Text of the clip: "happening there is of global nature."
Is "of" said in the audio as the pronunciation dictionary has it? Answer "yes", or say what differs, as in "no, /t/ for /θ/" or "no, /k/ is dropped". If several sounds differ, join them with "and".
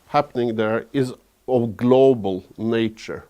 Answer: yes